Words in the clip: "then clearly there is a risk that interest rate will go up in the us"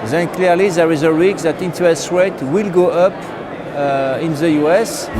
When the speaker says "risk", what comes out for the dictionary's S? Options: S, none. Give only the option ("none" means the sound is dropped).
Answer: none